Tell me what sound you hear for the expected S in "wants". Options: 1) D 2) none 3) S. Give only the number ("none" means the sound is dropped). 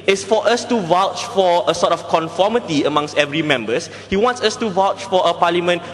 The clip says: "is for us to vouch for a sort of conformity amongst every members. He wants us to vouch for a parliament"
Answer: 3